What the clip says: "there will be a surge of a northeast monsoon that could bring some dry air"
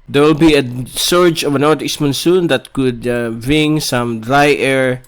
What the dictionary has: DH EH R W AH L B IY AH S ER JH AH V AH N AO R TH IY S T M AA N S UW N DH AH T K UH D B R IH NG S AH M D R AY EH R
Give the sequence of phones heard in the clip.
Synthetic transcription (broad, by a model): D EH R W L B IY AH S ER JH AH V AH N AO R T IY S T M AA N S UW N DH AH T K UH D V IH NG S AH M D R AY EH R